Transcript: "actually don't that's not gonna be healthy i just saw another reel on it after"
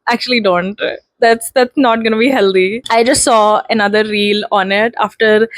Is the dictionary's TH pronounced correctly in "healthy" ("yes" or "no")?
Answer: no